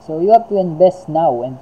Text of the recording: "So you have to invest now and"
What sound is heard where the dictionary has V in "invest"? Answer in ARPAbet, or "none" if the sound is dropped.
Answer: B